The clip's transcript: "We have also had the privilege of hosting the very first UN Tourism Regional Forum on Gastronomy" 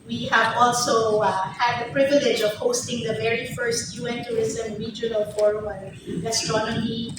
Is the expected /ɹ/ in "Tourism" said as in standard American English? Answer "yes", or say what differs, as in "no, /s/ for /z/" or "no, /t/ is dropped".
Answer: no, /ɹ/ is dropped